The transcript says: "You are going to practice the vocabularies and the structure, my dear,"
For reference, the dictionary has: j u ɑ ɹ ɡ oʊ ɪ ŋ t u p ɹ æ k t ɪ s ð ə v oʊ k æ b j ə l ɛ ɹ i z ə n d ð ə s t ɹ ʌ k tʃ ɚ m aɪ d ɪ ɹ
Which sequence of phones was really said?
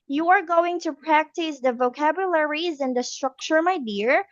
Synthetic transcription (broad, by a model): j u ɑ ɹ ɡ oʊ ɪ ŋ t u p ɹ æ k t ɪ s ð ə v oʊ k æ b j ə l ɛ ɹ i z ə n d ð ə s t ɹ ʌ k tʃ ɚ m aɪ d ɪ ɹ